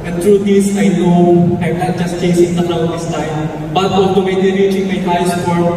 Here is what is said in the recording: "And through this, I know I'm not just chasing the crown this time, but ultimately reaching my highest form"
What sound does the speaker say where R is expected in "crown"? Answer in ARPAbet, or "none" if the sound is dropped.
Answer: none